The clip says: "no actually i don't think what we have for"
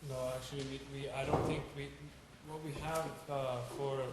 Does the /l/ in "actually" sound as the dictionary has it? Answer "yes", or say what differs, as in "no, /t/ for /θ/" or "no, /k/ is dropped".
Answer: no, /w/ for /l/